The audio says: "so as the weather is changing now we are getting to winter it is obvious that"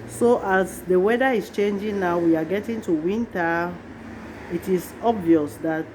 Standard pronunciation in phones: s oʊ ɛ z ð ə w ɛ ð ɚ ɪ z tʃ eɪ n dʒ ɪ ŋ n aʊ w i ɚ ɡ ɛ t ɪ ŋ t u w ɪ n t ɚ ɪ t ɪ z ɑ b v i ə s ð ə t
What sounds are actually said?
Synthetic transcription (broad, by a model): s oʊ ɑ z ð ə w ɛ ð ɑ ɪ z tʃ eɪ n dʒ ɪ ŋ n aʊ w i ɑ ɡ ɛ t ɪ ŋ t u w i n t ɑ ɪ t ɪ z ɑ b v i ə s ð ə t